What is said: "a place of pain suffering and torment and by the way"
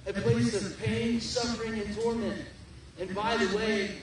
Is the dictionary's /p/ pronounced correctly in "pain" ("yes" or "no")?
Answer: yes